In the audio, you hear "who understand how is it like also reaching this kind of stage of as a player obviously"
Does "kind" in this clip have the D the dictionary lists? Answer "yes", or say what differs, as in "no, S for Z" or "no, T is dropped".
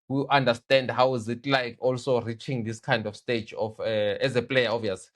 yes